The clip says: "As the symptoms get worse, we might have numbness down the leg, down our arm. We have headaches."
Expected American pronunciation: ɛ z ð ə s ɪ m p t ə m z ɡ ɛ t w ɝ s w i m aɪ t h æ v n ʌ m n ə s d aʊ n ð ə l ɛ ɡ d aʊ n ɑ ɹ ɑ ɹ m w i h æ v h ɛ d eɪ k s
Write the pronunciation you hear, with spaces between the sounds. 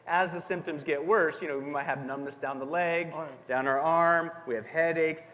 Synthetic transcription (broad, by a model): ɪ z ð ə s ɪ m p t ə m z ɡ ɛ t w ɝ s w i m aɪ t h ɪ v n ʌ m n ə s d aʊ n ð ə l ɛ ɡ d aʊ n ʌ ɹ ɑ ɹ m w i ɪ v h ɛ d eɪ k s